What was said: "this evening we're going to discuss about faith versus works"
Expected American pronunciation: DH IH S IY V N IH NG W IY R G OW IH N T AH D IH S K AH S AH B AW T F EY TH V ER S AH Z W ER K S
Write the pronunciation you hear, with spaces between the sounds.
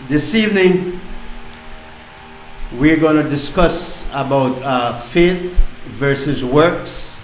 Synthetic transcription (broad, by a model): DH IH S IY V N IH NG W IY R G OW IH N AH D IH S K AH S AH B AW T F EY TH V ER S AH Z W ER K S